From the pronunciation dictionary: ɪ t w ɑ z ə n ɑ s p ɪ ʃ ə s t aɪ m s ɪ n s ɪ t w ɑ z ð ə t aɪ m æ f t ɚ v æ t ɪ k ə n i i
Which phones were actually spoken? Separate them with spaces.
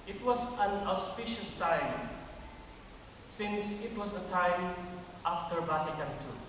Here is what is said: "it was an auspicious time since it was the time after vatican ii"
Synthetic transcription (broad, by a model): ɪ t w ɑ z ə n ɑ s p ɪ ʃ ə s t aɪ m s ɪ n s ɪ t w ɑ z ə t aɪ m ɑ f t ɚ b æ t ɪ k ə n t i